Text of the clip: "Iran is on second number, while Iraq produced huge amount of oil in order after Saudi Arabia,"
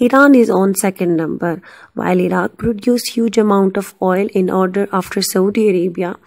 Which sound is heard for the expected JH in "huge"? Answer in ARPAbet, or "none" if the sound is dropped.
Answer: JH